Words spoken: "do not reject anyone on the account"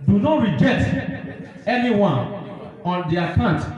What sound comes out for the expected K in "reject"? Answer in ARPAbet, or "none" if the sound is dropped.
K